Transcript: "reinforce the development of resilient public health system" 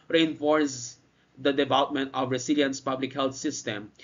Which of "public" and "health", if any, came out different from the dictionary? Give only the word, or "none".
health